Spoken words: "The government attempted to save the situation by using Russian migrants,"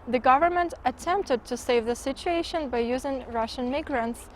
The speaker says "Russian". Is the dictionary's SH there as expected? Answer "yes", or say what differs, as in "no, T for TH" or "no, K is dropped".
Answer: yes